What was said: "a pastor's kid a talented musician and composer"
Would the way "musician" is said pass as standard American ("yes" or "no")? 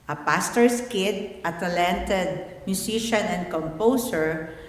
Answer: no